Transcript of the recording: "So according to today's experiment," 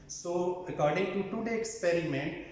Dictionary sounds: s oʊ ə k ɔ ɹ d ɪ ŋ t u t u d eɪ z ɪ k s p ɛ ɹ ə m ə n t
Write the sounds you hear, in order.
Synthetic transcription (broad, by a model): s oʊ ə k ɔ ɹ d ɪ ŋ t u t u d eɪ ɪ k s p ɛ ɹ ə m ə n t